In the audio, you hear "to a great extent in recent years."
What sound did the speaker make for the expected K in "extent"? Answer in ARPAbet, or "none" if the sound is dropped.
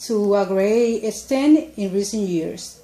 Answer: none